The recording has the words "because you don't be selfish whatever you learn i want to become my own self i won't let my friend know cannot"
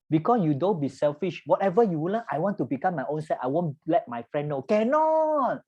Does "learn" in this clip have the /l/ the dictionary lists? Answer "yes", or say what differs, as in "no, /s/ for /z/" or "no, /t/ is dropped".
no, /w/ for /l/